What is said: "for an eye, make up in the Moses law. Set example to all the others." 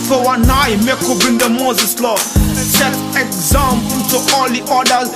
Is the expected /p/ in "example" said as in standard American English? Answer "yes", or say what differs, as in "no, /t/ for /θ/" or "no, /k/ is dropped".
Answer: no, /p/ is dropped